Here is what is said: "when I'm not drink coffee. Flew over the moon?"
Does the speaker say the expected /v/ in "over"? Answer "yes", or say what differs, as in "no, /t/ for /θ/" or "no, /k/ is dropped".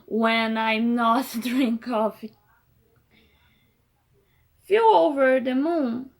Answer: yes